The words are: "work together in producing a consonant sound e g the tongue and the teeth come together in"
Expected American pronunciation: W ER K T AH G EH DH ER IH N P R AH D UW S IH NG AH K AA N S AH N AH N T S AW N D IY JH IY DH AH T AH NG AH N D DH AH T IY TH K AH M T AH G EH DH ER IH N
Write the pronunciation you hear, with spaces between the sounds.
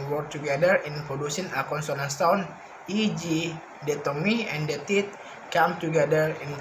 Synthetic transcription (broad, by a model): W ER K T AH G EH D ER IH N P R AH D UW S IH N AH K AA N S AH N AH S T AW N IY JH IY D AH T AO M AH N D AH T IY T K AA M T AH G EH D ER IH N